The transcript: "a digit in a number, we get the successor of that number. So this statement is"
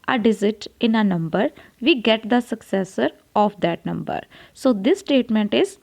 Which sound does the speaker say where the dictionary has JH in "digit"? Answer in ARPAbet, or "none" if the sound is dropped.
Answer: Z